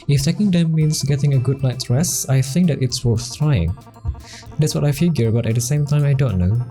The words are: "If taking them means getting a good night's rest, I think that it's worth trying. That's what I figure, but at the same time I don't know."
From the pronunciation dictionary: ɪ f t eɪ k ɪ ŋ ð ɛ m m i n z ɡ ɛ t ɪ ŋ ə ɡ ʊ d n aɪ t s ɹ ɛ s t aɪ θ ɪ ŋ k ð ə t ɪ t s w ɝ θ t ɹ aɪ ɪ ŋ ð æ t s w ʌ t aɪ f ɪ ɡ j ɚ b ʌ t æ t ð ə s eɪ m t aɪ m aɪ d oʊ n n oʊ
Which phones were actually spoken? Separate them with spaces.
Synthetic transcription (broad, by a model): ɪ f t eɪ k ɪ ŋ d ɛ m m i n s ɡ ɛ t ɪ ŋ ə ɡ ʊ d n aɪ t ɹ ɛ s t aɪ θ ɪ ŋ k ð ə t ɪ t s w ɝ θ t ɹ aɪ ɪ ŋ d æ t s w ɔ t aɪ f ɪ ɡ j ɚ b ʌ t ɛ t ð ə s eɪ m t aɪ m aɪ d oʊ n n oʊ